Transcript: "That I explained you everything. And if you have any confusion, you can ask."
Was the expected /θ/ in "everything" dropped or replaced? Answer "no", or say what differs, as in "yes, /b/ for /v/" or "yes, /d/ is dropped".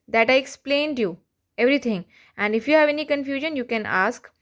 yes, /t/ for /θ/